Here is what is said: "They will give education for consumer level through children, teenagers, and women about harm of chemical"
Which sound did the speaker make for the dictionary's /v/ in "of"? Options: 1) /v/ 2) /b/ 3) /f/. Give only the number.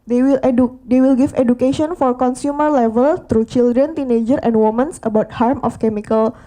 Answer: 3